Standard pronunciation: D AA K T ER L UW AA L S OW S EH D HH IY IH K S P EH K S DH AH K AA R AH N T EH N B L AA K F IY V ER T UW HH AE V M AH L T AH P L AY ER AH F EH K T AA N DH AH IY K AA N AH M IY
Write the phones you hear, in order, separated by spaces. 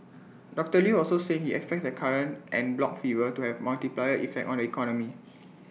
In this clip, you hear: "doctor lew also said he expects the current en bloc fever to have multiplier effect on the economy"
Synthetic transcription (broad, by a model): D AA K T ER L UW AA L S OW S EH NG HH IY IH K S P EH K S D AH K AA R AH N T EH N B L AA K F IY V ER T UW HH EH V M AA L T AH P L AY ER AH F EH K T AA N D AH IY K AA N AH M IY